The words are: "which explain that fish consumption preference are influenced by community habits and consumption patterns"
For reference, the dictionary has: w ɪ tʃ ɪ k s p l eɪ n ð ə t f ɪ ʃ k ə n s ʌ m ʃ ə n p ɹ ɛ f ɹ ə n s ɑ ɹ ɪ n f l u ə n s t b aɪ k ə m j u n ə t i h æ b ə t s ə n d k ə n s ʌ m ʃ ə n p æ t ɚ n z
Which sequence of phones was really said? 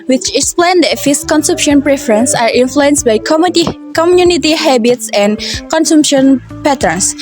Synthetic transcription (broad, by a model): w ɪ tʃ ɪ k s p l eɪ n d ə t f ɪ s k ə n s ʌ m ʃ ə n p ɹ ɛ f ɹ ə n s ɑ ɹ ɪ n f l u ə n s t b aɪ k ə m j u n ə t i h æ b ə t s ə n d k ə n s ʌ m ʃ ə n p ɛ t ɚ n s